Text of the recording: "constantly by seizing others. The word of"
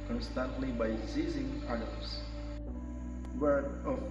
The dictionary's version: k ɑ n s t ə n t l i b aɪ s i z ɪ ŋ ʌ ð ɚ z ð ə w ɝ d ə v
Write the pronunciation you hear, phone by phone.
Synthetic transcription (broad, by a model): k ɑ n s t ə n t l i b aɪ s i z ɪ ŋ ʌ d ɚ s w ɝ ə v